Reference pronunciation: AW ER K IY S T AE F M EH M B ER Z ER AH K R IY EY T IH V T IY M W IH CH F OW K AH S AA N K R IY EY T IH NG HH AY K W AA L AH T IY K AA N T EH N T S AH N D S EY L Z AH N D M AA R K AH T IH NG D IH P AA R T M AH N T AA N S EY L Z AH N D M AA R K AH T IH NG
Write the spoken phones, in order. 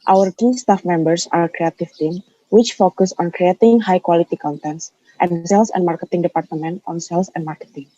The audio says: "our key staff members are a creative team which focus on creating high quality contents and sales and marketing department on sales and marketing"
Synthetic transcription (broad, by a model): AW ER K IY S T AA F M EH M B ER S AH K R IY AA T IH F T IY M W IH CH F OW K AH S AA N K R IY EY T IH NG HH AY K W AA L AH T IY K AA N T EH N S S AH N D S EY L S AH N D M AA R K AH T IH NG D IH P AA R T M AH N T AA N S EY L S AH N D M AA R K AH T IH NG